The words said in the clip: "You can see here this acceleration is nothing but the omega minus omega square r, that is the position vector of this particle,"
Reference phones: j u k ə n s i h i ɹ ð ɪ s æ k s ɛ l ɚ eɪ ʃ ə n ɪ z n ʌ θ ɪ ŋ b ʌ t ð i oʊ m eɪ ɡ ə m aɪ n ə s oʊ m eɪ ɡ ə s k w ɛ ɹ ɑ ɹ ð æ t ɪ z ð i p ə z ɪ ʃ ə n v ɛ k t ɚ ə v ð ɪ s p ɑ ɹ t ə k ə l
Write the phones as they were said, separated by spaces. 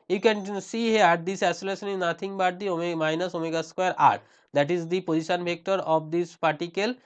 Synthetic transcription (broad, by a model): j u k ə n s i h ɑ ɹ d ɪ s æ s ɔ l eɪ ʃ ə n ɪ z n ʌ t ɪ ŋ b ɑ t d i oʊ m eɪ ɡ m aɪ n ə s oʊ m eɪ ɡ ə s k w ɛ ɹ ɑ ɹ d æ t ɪ z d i p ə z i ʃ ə n b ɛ k t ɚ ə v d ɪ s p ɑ ɹ t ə k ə l